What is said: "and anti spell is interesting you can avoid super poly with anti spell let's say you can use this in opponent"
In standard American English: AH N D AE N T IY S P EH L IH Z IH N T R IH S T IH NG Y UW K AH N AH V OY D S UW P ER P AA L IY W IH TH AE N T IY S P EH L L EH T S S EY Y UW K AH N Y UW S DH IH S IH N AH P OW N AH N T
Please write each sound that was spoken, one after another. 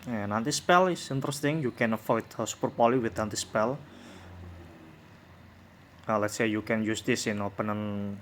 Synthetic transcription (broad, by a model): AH N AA N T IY S P EH L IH S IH N T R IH S T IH NG Y UW K AH N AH F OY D S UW P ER P AA L IY W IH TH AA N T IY S P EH L L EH T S S EY Y UW K AH N Y UW S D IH S IH N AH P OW N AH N